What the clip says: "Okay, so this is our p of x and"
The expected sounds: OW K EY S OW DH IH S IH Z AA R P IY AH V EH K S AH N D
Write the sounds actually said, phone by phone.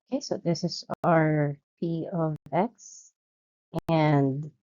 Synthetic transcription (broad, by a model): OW K EY S OW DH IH S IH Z AA R P IY AH V EH K S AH N D